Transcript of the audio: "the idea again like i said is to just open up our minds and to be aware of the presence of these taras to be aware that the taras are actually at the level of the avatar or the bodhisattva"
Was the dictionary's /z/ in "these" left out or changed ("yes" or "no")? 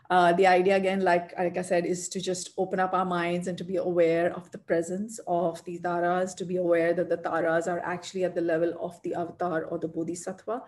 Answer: yes